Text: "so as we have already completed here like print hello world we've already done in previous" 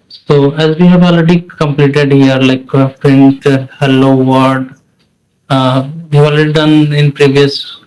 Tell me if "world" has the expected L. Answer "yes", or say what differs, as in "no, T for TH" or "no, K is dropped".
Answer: no, L is dropped